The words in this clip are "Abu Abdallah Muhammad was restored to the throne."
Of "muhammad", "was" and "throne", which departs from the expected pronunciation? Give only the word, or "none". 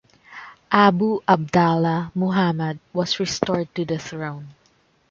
was